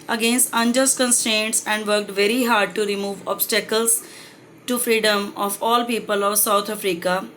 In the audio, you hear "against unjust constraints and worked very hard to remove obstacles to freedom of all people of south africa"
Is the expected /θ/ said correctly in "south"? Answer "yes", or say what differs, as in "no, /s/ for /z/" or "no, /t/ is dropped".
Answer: no, /t/ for /θ/